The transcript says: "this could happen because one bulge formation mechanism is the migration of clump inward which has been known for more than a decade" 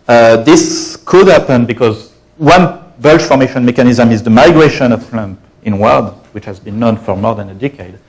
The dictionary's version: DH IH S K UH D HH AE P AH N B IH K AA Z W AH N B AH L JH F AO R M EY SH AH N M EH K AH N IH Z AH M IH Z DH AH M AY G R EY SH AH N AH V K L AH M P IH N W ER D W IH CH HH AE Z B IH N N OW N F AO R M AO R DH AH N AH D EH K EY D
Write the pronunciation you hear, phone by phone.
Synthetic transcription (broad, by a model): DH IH S K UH D HH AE P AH N B IH K AA Z W AH N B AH L SH F AO R M EY SH AH N M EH K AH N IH Z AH M IH Z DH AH M AY G R EY SH AH N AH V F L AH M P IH N W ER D W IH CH HH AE Z B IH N N OW N F AO R M AO R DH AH N AH D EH K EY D